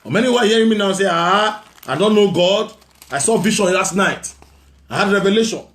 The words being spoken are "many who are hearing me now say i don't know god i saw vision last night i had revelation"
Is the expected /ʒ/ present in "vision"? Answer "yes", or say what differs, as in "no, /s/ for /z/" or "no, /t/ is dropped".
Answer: no, /ʃ/ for /ʒ/